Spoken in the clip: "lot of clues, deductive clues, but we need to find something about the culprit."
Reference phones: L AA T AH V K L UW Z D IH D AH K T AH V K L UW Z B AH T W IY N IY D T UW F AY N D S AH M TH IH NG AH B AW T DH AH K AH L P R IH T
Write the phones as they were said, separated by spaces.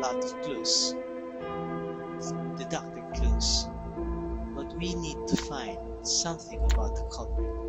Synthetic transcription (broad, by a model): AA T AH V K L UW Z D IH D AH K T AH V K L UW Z B AH T W IY N IY D T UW F AY N D S AH M TH IH NG AH B AW T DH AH K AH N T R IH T